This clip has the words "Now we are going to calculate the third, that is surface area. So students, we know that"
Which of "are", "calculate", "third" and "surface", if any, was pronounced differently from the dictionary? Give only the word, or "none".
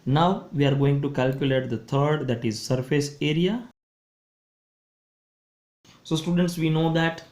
third